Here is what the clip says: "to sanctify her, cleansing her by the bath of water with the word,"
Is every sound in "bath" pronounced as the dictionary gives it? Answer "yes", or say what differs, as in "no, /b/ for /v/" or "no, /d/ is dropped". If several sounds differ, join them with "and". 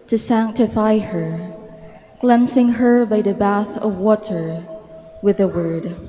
yes